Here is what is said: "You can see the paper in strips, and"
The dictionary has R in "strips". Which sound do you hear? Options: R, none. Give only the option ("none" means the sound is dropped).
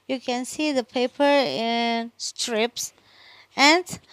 R